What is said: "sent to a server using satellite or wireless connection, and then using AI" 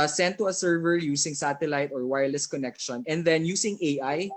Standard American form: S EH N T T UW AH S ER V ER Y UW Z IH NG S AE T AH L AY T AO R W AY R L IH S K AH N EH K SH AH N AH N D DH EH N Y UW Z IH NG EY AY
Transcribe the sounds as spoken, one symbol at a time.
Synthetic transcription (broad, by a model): S EH N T T UW AH S ER V ER Y UW S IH NG S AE T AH L AY T AO R W AY R L IH S K AH N EH K SH AH N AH N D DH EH N Y UW S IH NG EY AY